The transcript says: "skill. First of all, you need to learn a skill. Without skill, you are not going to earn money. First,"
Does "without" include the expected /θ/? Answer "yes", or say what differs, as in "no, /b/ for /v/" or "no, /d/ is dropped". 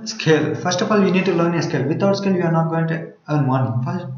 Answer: no, /t/ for /θ/